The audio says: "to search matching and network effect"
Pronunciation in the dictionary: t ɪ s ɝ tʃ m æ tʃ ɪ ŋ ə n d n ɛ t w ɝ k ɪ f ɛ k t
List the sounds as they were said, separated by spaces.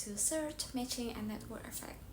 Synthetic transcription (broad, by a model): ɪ s ɝ tʃ m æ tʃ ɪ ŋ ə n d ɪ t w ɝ ɪ f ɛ k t